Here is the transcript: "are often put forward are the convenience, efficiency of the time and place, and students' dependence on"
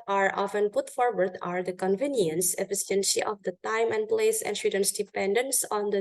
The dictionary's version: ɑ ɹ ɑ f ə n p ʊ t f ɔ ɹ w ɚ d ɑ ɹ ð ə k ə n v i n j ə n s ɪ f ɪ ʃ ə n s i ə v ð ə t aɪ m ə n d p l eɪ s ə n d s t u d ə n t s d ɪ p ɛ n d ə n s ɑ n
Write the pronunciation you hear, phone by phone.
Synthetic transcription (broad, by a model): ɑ ɹ ɑ f ə n p ʊ t f ɔ ɹ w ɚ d ɑ ɹ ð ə k ə n v i n j ə n s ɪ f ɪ s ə n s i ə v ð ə t aɪ m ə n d p l eɪ s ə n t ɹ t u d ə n s d ɪ p ɛ n d ə n s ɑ n